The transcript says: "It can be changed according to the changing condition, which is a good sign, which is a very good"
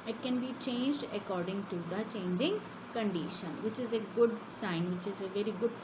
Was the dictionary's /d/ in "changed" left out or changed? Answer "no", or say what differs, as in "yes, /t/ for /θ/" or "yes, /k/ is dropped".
no